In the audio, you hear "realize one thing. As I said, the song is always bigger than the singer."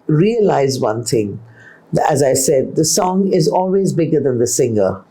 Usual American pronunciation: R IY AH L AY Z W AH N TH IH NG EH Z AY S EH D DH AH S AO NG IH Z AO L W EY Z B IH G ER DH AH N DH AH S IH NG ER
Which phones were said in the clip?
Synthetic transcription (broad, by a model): R IY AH L AY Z W AH N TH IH NG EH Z AY S EH D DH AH S AO NG IH Z AO L W EY Z B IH G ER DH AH N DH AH S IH NG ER